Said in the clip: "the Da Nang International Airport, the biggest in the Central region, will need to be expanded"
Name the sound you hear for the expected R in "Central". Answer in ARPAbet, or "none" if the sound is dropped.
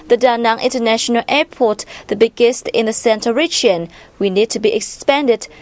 none